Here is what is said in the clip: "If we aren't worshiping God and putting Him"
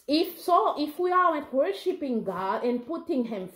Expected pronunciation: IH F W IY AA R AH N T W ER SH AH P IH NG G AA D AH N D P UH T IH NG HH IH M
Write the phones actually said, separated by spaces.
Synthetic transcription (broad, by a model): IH F W IY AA W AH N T W ER SH AH P IH NG G AA D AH N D P UH T IH NG HH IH M